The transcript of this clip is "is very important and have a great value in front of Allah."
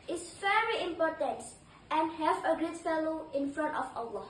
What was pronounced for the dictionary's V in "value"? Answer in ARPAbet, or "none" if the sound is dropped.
F